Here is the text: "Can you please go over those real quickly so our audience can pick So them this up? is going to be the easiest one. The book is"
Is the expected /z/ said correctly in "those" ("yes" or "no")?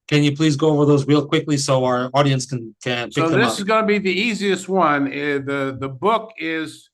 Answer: yes